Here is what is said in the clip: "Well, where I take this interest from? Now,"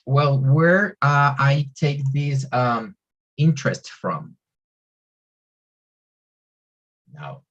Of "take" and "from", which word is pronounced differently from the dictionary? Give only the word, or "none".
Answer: none